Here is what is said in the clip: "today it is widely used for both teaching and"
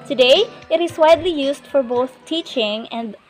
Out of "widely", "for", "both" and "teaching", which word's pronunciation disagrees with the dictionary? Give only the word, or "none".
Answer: none